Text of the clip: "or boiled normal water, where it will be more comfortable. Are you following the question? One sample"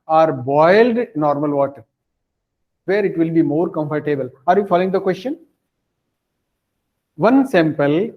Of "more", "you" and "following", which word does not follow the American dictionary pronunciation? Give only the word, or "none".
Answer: none